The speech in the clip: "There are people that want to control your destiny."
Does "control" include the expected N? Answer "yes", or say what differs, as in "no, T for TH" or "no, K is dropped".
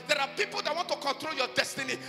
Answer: yes